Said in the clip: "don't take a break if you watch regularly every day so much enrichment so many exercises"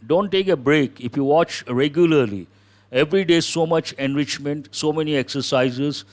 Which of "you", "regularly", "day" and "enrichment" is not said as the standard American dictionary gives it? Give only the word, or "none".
none